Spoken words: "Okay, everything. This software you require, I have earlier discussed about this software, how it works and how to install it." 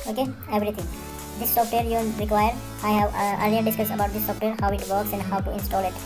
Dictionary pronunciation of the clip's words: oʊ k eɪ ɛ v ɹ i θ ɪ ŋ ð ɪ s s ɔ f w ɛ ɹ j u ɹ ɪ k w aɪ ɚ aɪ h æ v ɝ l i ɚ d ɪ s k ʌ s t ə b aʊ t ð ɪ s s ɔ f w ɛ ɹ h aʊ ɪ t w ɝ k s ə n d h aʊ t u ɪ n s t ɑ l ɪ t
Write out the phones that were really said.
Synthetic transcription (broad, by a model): oʊ k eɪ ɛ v ɹ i t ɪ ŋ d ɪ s s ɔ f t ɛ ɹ j u ɹ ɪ k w aɪ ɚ aɪ h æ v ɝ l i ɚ d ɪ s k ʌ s ə b aʊ t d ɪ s s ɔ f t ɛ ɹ h aʊ ɪ t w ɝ k s ə n d h aʊ t u ɪ n s t ɑ l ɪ t